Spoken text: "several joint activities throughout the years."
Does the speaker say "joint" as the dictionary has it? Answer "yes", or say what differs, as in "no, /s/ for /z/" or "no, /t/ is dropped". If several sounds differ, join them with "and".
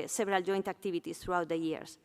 yes